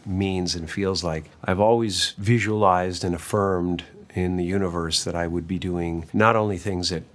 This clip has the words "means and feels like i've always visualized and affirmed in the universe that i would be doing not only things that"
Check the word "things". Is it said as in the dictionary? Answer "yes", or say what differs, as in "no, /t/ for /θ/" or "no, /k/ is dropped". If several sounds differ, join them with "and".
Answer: yes